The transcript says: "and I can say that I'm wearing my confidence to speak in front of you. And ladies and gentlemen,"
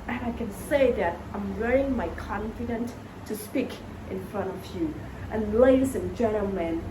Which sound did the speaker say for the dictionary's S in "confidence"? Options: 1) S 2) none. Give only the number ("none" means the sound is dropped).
2